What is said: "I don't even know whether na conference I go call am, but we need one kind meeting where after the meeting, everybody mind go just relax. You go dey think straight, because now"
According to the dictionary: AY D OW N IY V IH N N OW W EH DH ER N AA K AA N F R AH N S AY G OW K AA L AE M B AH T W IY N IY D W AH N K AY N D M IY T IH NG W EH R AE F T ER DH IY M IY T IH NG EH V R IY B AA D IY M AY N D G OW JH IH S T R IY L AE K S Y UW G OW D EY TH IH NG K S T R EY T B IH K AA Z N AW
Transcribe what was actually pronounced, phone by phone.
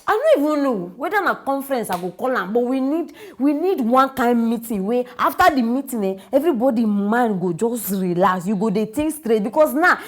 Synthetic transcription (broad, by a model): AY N OW IY V IH N N OW W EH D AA N AA K AA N F R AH N S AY G OW K AA L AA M B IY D W IY N IY D W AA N K AY N D M IY T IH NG W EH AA F T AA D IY M IY T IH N EH V R IY B AA D IY M AY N G OW JH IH S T R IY L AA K S Y UW G OW D EY T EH K S T R EY T B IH K AA S N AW